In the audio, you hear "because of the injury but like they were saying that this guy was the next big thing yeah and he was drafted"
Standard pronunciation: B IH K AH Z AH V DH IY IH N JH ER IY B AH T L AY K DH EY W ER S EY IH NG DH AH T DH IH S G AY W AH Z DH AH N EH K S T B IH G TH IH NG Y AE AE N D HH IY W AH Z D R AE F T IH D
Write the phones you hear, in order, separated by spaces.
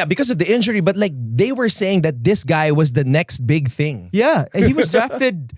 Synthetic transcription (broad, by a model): B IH K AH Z AH V DH IY IH N JH ER IY B AH T L AY K DH EY W ER S EY IH NG DH AH T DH IH S G AY W AH Z DH AH N EH K S T B IH G TH IH NG Y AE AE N HH IY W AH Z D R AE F T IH D